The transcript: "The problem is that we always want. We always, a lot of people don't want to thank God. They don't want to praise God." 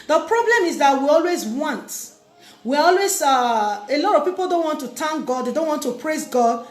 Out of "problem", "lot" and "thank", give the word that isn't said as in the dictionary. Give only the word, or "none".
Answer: thank